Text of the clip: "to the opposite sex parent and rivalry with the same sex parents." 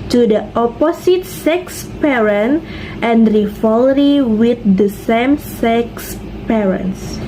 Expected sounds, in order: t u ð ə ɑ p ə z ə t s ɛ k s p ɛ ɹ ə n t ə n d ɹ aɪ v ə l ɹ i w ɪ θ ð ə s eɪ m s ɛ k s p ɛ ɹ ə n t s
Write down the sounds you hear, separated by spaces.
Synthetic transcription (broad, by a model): t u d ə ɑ p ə s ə t s ɛ k s p ɛ ɹ ə n t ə n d ɹ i f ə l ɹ i w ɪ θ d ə s eɪ m s ɛ k s p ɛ ɹ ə n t s